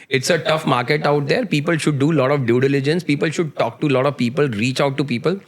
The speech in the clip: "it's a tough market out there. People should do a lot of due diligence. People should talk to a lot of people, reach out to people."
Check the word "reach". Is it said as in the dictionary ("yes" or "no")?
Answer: yes